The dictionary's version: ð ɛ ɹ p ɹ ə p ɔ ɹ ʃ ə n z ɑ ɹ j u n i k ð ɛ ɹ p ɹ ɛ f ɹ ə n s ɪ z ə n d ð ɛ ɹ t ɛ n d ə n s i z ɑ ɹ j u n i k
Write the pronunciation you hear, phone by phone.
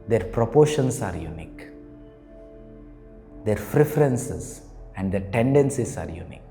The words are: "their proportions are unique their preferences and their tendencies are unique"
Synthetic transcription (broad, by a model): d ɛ ɹ p ɹ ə p ɔ ɹ ʃ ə n s ɑ ɹ j u n i k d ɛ ɹ f ɹ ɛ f ɹ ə n s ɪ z ə n d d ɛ ɹ t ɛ n d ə n s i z ɑ ɹ j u n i k